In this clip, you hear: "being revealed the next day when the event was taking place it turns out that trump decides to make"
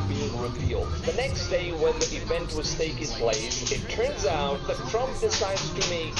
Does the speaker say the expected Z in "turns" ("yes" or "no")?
yes